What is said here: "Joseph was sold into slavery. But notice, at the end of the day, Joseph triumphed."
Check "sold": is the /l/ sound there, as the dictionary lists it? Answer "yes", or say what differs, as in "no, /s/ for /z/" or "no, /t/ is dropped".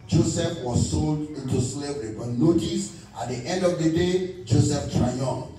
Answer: yes